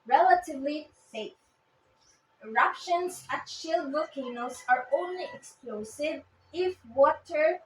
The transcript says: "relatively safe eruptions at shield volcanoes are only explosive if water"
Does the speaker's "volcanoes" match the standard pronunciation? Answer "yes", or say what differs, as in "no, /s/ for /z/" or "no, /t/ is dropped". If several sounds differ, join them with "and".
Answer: no, /l/ is dropped